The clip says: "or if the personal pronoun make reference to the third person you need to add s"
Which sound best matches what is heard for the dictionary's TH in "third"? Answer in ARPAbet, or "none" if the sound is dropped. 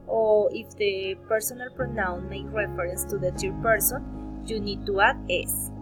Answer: T